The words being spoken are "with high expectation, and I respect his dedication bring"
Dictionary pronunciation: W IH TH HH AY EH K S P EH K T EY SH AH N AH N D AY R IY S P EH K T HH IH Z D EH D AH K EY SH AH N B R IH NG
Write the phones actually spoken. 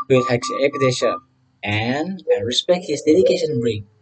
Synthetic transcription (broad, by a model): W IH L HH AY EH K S EH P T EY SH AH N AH N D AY R IY S P EH K T HH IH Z D EH D AH K EY SH AH N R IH